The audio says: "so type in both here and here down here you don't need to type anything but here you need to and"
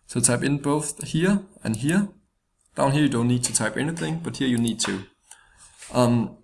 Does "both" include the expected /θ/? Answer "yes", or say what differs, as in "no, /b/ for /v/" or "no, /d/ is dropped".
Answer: yes